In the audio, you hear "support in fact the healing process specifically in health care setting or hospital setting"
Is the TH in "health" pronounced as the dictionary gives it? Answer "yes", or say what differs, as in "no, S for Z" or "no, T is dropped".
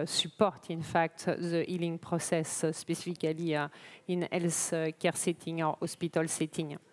no, S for TH